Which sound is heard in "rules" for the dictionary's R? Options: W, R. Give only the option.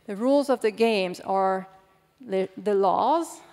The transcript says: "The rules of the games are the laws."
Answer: R